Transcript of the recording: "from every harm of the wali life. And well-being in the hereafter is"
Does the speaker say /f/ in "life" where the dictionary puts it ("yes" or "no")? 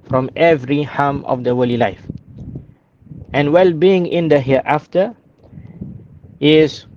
yes